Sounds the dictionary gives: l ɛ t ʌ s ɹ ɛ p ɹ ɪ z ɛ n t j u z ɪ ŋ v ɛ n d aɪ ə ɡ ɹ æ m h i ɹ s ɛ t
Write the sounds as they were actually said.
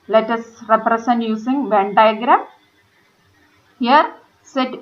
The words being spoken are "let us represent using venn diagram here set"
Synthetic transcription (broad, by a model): l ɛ t ʌ s ɹ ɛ p ɹ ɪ s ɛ n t j u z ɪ ŋ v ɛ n d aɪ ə ɡ ɹ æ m h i ɹ s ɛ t